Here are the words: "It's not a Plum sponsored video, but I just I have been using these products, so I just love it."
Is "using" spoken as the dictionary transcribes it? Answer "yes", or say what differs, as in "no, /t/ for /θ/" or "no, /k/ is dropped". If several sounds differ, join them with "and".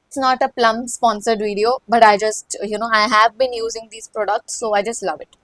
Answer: yes